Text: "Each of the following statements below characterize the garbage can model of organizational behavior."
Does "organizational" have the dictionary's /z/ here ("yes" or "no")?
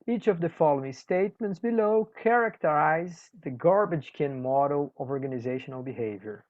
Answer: yes